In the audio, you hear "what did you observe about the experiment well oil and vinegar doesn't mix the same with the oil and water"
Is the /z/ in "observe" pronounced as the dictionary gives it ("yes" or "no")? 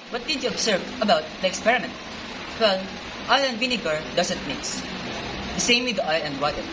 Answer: no